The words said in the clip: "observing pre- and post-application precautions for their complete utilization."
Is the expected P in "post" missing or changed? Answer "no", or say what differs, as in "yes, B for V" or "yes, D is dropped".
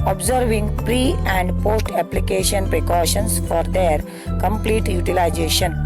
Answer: no